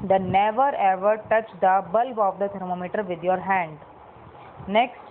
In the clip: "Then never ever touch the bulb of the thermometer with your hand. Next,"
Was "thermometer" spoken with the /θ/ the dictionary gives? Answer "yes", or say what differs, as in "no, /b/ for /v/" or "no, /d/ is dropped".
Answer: no, /t/ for /θ/